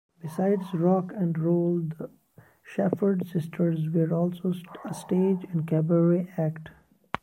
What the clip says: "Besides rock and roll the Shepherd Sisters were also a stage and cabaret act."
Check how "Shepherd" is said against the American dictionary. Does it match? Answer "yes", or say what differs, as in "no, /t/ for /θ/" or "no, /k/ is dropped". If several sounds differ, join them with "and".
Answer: no, /f/ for /p/